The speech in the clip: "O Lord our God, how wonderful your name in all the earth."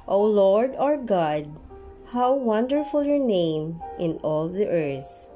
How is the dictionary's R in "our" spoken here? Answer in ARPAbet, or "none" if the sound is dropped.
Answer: R